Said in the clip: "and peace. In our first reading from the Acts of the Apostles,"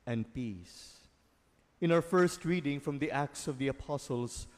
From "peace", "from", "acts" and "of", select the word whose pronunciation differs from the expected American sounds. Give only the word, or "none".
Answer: none